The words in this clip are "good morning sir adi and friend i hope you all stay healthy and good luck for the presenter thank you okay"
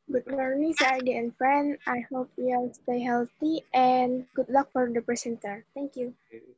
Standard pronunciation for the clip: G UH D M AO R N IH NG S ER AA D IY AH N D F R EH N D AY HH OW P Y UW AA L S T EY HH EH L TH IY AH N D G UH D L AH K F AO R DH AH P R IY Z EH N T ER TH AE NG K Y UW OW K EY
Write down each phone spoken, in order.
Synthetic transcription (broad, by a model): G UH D M AO R N IH NG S AA D IY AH N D F R EH N D AY HH OW P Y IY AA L S T EY HH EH L T IY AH N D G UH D L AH K F AO R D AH P R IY S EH N T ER T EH NG K Y UW